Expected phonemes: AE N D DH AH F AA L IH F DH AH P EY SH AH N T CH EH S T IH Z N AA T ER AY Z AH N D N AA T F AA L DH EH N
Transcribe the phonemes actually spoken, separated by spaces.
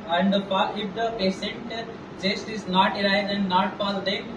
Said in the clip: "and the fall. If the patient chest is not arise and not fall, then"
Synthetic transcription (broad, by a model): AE N D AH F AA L IH F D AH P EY S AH N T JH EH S T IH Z N AA T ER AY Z AH N D N AA T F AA L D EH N